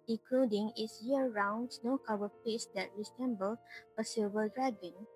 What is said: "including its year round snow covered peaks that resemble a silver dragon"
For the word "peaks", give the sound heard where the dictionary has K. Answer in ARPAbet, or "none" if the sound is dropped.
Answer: none